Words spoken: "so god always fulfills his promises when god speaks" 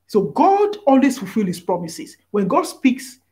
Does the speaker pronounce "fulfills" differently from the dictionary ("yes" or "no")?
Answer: yes